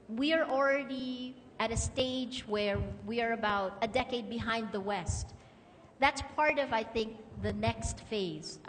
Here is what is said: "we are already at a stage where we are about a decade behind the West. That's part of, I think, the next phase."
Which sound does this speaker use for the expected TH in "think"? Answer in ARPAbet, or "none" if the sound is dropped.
TH